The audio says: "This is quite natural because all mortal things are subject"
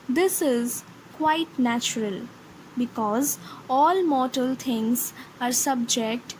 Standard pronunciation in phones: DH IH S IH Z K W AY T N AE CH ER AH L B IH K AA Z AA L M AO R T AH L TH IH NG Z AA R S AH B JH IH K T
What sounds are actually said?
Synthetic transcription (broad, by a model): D IH S IH Z K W AY T N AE CH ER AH L B IH K AA Z AA L M AO R T AH L T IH NG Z AA R S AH B JH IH K T